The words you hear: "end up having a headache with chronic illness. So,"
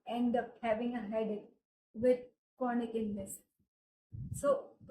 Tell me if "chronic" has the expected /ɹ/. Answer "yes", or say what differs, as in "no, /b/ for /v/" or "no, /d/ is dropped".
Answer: no, /ɹ/ is dropped